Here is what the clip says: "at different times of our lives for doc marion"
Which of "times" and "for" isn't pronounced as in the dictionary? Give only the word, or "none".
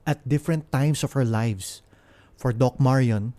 times